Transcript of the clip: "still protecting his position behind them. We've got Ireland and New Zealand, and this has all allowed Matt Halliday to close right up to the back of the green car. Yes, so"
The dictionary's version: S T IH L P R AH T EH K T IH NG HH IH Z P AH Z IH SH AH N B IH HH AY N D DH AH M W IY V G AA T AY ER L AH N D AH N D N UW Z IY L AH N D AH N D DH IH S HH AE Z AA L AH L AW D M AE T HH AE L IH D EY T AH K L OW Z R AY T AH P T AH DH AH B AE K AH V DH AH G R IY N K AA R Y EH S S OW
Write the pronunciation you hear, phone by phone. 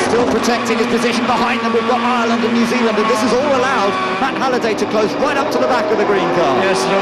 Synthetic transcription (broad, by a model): S T IH L P R AH T EH K T IH NG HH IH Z P AH Z IH SH AH N B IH HH AY N DH AH M W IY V G AA T AY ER L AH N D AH N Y UW Z IY L AH N D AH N DH IH S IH Z AA L AH L AW D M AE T HH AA L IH D EY T AH K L OW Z W AY T AH P T AH DH AH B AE K AH V DH AH G R IY N K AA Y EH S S